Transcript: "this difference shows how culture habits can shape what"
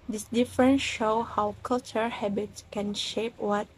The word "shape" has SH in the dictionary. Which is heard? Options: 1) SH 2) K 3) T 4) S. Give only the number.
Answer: 1